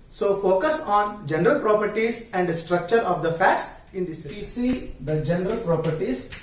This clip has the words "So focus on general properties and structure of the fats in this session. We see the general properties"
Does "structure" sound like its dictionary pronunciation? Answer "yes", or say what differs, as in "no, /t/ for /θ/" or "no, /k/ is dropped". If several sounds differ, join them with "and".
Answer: yes